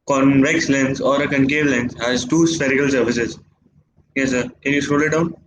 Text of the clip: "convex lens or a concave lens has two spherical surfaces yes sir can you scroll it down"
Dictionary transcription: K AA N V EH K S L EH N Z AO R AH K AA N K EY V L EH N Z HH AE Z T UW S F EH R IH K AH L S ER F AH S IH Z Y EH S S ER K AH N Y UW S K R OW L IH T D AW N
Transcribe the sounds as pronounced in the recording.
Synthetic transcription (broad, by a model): K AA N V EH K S L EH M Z AO R AH K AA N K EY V L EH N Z HH AE Z T UW S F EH R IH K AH L S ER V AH S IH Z Y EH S S ER K AH N Y UW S R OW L IH T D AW N